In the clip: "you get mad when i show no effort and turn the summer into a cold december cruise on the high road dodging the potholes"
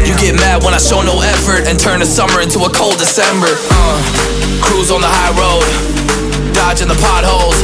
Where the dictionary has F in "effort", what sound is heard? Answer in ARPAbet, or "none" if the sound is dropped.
F